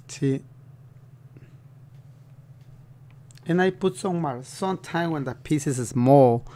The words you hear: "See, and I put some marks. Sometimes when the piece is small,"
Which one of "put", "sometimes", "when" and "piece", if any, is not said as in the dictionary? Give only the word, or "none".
sometimes